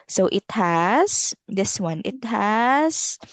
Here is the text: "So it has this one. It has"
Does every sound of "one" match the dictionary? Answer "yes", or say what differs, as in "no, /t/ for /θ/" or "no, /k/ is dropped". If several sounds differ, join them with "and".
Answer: yes